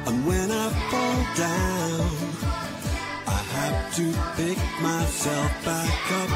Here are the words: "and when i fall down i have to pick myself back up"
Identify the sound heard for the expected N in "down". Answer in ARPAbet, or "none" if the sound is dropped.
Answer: N